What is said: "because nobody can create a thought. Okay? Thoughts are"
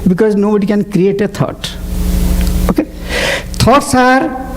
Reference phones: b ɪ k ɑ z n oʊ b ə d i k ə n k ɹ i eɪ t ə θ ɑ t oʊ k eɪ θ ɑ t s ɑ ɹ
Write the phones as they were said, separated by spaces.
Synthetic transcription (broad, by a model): b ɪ k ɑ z n oʊ b ə d i k ə n k ɹ i eɪ t ə t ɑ t oʊ k eɪ t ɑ t s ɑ ɹ